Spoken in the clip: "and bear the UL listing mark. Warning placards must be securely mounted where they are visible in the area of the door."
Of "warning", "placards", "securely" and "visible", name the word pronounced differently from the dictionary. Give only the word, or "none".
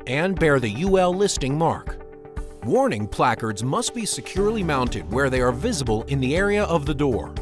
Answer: none